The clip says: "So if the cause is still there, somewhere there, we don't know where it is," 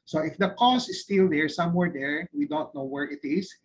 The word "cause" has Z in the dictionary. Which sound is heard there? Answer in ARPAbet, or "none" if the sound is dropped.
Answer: S